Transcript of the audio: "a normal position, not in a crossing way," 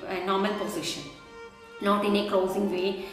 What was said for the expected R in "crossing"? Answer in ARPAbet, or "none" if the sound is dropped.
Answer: none